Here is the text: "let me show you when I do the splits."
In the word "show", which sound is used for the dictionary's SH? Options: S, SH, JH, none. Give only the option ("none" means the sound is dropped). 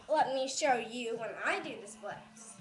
SH